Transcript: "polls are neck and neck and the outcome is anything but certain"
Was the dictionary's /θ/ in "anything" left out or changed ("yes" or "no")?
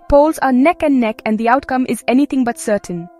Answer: yes